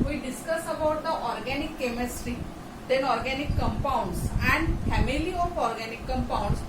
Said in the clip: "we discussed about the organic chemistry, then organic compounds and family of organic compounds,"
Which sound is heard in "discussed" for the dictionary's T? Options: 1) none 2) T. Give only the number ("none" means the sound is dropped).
1